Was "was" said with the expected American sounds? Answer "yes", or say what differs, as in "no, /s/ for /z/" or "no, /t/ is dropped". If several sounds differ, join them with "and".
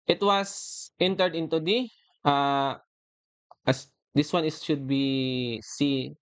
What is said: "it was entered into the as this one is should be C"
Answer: no, /s/ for /z/